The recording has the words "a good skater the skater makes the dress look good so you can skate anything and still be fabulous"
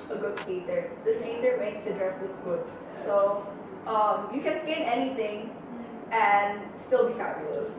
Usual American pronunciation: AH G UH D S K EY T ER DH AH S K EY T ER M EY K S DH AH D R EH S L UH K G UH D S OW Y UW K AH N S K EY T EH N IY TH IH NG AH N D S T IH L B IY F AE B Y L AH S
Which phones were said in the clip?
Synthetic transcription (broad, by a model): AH G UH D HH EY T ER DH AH S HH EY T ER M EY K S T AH D R EH S W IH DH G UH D S OW Y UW K AH N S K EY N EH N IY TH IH NG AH N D S T IH L B IY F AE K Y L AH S